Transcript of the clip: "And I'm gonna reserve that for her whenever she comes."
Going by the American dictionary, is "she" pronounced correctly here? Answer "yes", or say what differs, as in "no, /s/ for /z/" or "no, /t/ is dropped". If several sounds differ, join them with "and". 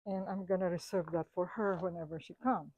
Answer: yes